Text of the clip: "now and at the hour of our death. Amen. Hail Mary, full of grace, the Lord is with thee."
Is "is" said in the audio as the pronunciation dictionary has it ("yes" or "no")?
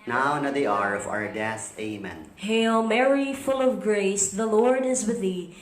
yes